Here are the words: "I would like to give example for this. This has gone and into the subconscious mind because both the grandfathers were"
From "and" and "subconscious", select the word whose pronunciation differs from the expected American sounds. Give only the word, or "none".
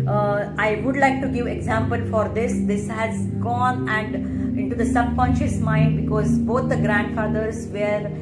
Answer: none